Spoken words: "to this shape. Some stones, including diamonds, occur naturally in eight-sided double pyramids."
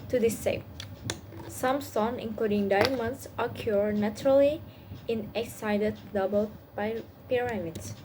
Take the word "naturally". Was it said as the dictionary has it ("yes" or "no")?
yes